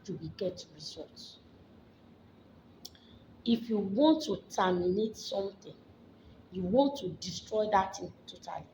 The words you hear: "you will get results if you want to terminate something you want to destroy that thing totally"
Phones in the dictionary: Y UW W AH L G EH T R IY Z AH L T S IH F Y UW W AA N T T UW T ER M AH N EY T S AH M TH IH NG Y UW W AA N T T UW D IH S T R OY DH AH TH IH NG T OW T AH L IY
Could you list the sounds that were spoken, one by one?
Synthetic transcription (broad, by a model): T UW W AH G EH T R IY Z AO T S IH F Y UW W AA N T T UW T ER M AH N EY T S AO M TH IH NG Y UW W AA N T T UW D IH S T R OY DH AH T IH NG T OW T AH L IY